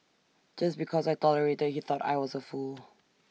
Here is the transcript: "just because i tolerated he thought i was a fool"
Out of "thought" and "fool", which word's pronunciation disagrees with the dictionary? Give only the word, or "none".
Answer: none